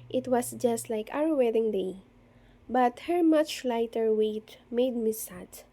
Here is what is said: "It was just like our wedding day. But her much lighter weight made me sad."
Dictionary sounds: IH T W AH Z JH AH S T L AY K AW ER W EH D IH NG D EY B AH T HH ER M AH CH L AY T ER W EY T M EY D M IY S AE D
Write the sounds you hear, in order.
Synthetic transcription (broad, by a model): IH T W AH S JH AH S T L AY K AW ER W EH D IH NG D EY B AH T HH ER M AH CH L AY T ER W EY T M EY D M IY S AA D